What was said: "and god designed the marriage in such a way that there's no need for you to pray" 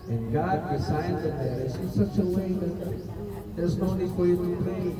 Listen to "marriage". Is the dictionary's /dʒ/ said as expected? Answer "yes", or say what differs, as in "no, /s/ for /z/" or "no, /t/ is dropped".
no, /z/ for /dʒ/